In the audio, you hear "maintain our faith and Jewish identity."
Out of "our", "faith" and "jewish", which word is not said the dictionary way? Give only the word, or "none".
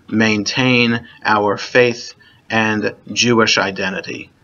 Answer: none